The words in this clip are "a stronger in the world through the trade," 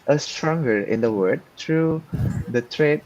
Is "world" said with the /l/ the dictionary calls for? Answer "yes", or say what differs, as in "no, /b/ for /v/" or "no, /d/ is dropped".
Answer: no, /l/ is dropped